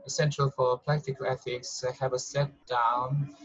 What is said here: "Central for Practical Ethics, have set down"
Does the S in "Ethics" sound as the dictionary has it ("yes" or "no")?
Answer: yes